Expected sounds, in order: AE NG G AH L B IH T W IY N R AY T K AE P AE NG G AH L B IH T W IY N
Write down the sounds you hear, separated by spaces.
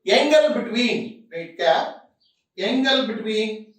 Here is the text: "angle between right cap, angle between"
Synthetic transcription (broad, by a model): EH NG G AH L B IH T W IY N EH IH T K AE EH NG G AH L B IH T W IY N